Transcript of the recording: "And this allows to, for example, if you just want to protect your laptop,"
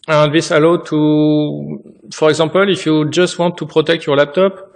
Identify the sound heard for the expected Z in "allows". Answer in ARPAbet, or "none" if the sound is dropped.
none